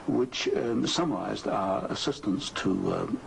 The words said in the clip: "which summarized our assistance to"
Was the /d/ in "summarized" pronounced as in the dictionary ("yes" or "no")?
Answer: yes